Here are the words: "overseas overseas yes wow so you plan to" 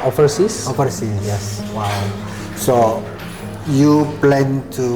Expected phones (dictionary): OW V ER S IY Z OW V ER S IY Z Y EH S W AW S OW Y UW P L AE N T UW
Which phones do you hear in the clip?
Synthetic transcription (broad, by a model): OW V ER S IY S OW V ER S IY Y EH S W AW S OW Y UW P L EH N T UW